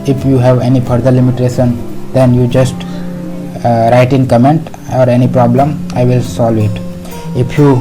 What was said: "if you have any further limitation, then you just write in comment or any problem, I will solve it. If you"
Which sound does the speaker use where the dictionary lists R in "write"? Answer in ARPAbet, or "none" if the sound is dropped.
R